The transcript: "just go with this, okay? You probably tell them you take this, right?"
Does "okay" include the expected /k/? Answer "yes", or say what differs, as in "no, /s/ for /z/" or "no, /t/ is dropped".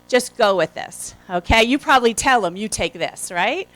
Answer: yes